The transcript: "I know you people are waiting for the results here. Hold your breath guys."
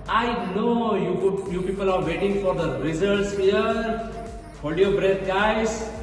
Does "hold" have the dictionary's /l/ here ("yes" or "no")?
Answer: no